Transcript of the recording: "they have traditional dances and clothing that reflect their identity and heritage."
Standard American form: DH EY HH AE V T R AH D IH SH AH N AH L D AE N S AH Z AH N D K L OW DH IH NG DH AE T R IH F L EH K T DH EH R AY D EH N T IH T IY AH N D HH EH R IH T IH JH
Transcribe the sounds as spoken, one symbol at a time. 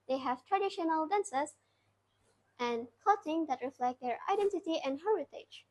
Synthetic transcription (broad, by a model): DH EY HH AE V T R AH D IH SH AH N AH L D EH N S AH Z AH N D K OW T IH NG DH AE T R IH F L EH K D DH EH R AY D EH N T IH T IY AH N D HH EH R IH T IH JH